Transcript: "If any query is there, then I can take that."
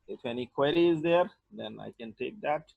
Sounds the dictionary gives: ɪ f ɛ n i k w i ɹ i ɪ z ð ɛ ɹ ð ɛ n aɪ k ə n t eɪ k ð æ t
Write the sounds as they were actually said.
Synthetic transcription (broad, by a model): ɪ f ɛ n i k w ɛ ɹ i ɪ z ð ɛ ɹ ð ɛ n aɪ k ə n t eɪ k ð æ t